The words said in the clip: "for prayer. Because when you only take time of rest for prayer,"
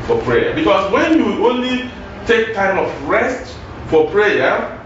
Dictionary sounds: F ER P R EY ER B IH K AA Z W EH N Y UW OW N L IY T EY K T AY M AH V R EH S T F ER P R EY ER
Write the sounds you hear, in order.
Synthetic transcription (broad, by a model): F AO P R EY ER B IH K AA S W EH N Y UW OW N L IY T EY K T AY M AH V R EH S T F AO P R EY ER